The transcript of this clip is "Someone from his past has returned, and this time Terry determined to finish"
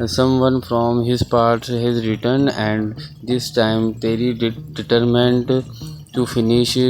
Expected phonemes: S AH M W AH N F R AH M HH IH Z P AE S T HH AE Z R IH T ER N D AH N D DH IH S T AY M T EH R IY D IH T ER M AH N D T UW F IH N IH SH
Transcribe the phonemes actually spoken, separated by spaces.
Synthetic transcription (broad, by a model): S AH M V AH N F R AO M HH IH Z P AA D T HH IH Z R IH T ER N AH N D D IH S T AY M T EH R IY D IH T ER M AH N D T UW F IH N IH SH